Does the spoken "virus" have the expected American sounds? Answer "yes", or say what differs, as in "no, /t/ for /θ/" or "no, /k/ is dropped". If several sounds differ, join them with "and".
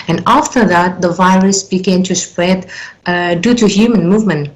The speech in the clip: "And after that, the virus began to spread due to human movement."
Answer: yes